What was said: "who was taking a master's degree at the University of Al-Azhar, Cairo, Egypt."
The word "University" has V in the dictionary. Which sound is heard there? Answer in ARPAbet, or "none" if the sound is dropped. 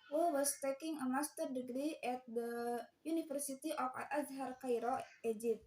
F